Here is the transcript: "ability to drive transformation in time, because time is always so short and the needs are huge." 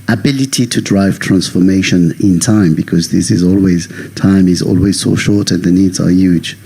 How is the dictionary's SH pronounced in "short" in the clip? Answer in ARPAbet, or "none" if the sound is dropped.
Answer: SH